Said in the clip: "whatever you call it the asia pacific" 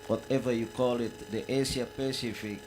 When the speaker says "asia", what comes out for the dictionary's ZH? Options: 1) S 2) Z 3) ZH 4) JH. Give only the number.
1